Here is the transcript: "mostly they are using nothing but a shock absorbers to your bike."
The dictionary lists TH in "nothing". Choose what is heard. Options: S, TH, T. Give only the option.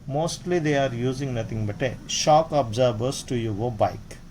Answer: T